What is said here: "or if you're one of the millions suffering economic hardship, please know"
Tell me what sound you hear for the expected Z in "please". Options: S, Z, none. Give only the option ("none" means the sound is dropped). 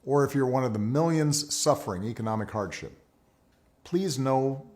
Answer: Z